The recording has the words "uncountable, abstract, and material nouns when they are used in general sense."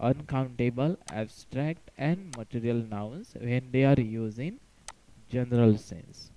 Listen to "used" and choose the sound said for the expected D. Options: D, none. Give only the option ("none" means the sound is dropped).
none